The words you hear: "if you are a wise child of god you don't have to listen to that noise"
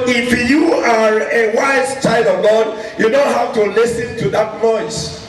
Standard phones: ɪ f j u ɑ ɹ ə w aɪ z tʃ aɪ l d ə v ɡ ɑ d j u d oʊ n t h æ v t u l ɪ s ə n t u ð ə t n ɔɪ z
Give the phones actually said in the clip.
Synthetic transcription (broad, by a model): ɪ f j u ɑ ɹ ə w aɪ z tʃ aɪ l d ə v ɡ ɑ d j u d oʊ n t h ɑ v t u l ɪ s ə n t u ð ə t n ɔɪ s